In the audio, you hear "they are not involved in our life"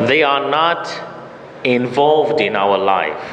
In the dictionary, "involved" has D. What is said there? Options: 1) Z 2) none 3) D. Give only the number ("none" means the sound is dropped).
3